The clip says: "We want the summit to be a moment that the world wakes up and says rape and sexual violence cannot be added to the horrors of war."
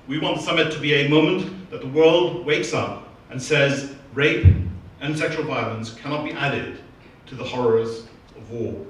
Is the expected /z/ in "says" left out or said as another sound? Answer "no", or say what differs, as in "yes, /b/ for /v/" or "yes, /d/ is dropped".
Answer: no